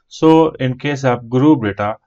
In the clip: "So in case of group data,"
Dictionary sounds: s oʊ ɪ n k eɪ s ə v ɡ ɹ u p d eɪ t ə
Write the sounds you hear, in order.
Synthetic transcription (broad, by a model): s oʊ ɪ n k eɪ s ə p ɡ ɹ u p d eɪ t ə